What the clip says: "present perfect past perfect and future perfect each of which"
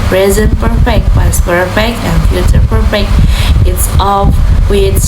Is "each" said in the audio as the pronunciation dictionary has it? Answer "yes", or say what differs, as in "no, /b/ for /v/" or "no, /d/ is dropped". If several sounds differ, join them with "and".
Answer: no, /s/ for /tʃ/